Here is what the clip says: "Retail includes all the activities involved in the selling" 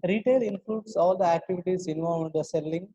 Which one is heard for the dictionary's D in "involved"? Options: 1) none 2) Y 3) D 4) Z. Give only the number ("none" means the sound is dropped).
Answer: 1